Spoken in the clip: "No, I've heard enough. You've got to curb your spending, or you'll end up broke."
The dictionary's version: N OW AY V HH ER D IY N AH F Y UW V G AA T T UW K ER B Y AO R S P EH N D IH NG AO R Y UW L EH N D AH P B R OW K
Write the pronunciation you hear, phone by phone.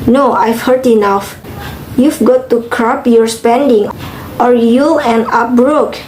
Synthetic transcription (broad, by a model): N OW AY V HH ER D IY N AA F Y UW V G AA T T UW K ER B Y AO R S P EH N D IH NG AO R Y UW L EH N AH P B R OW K